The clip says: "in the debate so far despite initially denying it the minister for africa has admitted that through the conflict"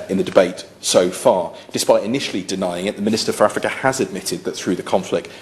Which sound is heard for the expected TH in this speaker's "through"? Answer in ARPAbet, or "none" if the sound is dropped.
TH